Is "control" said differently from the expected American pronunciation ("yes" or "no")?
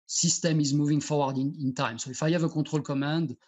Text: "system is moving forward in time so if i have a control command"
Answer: yes